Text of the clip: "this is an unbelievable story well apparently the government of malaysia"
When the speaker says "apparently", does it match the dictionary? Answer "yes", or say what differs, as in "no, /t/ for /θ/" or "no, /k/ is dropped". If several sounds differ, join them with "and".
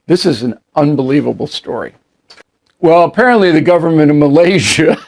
yes